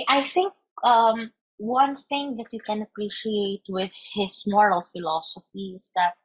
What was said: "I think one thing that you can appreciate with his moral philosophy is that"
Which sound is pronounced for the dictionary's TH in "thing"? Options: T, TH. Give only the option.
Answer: TH